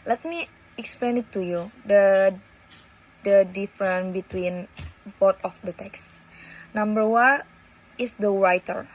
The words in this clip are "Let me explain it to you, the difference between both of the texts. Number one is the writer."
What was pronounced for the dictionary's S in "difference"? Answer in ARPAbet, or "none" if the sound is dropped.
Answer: none